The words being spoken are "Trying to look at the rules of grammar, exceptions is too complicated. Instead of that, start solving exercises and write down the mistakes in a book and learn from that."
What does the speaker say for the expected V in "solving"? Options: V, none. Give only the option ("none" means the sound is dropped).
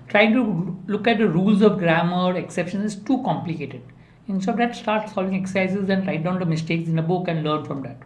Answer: V